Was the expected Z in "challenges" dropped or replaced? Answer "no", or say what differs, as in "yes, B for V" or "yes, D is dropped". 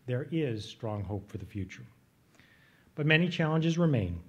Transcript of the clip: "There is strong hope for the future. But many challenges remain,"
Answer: no